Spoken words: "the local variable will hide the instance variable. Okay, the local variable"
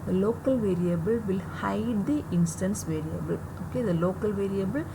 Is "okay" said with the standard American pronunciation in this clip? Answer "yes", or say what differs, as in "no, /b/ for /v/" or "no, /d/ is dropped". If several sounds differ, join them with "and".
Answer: yes